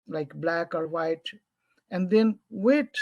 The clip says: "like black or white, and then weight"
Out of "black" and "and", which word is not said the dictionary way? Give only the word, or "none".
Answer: none